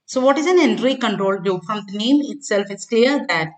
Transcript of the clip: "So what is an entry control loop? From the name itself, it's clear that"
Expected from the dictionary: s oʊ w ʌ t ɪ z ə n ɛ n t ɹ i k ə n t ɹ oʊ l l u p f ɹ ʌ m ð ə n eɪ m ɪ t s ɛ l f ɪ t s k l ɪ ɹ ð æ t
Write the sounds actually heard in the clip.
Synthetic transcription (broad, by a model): s oʊ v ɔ t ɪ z ə n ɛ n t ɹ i k ə n t ɹ oʊ l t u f ɹ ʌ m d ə n eɪ m ɪ t s ɛ l f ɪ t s k l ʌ ɹ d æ t